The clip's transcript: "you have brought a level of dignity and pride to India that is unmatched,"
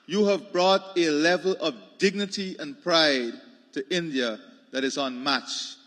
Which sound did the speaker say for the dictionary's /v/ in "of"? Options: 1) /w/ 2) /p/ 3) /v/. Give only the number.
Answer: 3